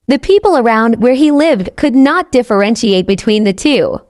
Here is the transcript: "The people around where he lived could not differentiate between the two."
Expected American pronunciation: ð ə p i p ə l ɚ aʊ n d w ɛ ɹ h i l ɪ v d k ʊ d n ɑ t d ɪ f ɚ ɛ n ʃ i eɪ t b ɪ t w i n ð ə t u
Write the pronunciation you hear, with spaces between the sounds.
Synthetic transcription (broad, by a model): ð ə p i p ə l ɚ aʊ n d w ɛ ɹ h i l ɪ v d k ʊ d n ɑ t d ɪ f ɚ ɛ n ʃ i eɪ t b ɪ t w i n ð ə t u